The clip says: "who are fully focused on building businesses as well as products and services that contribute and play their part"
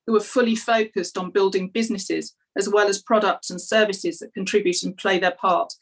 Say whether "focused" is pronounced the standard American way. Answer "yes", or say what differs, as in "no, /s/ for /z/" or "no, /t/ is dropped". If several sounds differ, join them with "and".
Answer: yes